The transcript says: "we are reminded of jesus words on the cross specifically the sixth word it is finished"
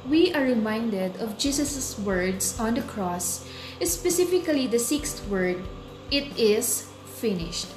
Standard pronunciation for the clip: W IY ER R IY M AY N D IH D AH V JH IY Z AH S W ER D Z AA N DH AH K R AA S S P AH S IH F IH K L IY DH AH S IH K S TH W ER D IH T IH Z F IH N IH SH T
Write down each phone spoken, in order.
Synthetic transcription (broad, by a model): W IY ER R IY M AY N D IH D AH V JH IY S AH S W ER D S AA N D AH K R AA S S P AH S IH F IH K L IY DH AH S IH K S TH W ER D IH T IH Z F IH N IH SH T